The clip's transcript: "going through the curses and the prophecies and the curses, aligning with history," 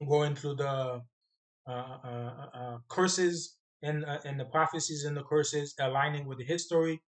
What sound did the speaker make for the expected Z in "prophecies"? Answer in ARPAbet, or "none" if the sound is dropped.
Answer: Z